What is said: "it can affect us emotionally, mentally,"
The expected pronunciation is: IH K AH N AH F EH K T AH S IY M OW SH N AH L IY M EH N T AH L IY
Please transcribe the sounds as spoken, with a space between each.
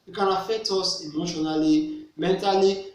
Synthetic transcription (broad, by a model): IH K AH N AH F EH T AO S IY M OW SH N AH L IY M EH N T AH L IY